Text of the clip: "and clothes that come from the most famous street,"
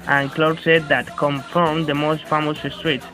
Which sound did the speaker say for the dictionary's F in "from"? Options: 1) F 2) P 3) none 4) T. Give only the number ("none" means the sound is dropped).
1